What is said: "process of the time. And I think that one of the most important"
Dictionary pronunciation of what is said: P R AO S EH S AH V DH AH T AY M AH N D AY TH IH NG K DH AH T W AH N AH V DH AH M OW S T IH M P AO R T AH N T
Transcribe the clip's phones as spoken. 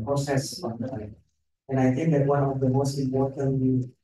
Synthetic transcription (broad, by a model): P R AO S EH S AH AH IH AH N AY TH IH NG K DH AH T W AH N AH V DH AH M OW S T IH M P AO R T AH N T